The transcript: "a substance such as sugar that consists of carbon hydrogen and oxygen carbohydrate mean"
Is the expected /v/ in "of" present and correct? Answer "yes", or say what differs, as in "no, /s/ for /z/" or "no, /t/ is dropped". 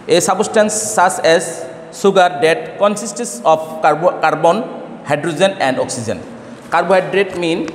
no, /p/ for /v/